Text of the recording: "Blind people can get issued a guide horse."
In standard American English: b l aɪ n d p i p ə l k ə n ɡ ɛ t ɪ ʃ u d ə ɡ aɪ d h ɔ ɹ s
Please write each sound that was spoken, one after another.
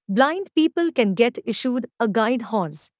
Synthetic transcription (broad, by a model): b l aɪ n d p i p ə l k ə n ɡ ɛ t ɪ ʃ u d ə ɡ aɪ d h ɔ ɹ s